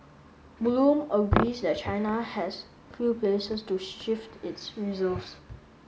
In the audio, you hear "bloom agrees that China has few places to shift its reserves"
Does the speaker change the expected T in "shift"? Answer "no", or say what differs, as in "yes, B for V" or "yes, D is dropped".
no